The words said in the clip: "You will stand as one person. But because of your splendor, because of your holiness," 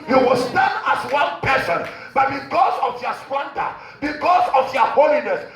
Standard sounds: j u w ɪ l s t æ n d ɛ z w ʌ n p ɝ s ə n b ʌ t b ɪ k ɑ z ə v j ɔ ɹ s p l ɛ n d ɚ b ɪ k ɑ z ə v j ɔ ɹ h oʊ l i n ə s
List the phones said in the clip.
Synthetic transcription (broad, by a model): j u w ɪ l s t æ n ɑ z w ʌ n p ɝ s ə n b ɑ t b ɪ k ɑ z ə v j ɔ s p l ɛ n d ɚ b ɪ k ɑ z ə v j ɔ h oʊ l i n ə s